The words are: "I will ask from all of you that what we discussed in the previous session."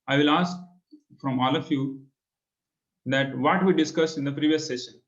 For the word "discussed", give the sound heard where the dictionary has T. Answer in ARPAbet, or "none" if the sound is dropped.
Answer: none